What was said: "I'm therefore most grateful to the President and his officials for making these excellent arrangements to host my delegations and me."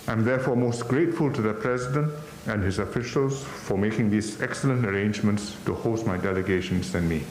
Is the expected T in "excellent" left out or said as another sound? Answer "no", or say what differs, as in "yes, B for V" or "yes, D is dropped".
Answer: no